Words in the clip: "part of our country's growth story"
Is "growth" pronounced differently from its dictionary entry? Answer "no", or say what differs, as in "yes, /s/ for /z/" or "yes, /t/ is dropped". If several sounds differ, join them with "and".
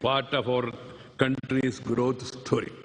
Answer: yes, /t/ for /θ/